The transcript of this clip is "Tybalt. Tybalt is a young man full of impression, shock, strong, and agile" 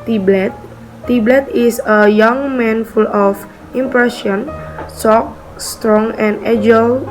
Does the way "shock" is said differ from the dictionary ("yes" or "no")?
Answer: yes